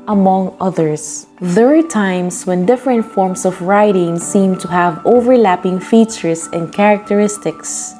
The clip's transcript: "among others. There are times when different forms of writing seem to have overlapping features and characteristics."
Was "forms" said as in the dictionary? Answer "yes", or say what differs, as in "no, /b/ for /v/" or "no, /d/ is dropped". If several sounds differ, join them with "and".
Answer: no, /s/ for /z/